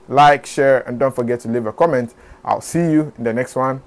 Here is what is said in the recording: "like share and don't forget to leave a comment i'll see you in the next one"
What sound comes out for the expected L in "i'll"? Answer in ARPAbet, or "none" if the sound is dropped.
L